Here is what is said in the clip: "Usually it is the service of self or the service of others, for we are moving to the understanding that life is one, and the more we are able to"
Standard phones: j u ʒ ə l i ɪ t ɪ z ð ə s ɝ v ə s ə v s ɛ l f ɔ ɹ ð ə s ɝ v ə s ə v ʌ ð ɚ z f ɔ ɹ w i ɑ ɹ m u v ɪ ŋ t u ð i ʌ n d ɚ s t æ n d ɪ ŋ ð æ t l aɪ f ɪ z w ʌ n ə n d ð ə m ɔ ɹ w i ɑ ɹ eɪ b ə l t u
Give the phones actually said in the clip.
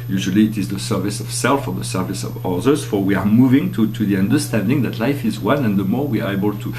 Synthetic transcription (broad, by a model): j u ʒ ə l i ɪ t ɪ z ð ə s ɝ v ə s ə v s ɛ l f ɔ ɹ ð ə s ɝ v ə s ə v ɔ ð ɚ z f ɔ ɹ w i ɑ ɹ m u v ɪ ŋ t u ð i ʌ n d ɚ s t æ n d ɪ ŋ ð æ t l aɪ f ɪ z w ʌ n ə n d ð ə m ɔ ɹ w i ɑ ɹ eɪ b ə l t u